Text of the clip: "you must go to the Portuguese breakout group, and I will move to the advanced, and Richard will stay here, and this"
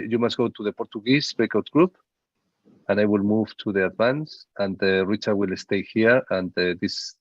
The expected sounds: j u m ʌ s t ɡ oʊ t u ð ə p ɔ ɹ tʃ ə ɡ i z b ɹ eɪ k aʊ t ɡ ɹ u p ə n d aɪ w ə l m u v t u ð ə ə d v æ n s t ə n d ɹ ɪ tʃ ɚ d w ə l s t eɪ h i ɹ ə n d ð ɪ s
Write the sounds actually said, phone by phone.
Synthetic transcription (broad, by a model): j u m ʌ s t ɡ oʊ t u ð ə p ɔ ɹ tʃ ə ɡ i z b eɪ k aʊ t ɡ ɹ u p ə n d aɪ w ə l m u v t u ð ə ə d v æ n s ə n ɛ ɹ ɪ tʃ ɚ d w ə l s t eɪ h i ɹ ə n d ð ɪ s